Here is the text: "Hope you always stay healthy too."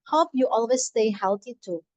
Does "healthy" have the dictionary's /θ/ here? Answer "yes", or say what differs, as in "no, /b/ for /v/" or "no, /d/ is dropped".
no, /t/ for /θ/